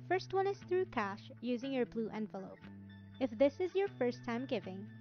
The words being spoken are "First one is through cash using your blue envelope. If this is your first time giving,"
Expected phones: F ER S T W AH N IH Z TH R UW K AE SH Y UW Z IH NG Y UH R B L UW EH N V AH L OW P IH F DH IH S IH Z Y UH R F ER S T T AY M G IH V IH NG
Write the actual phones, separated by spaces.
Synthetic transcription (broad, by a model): F ER S T W AH N IH Z TH R UW K AE SH Y UW Z IH NG Y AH R B L UW EH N V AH L OW P IH F DH IH S IH Z Y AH R F ER S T T AY M G IH V IH NG